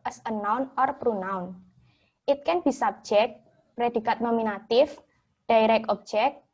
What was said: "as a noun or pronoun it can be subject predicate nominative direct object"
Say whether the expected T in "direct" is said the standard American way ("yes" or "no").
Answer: no